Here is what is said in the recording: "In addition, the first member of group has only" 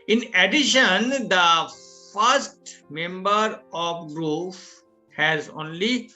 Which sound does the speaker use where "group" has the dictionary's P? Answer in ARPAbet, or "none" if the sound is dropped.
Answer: F